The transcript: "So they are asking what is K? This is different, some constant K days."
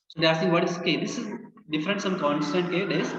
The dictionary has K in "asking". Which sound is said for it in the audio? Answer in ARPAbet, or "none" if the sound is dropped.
none